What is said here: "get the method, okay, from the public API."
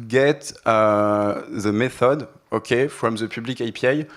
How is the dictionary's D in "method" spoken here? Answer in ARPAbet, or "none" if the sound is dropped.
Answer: D